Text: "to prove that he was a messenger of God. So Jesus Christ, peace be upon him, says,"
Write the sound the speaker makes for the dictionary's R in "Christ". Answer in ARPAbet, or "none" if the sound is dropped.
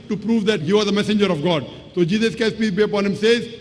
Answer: none